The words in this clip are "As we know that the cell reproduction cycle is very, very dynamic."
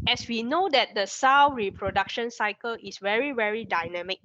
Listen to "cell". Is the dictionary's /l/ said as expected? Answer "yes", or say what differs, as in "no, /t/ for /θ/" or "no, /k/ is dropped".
no, /w/ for /l/